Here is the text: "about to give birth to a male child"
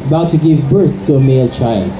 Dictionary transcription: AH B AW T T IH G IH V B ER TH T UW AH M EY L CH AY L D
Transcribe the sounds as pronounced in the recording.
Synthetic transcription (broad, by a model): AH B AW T T IH G IH V B ER TH T UW AH M EY L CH AY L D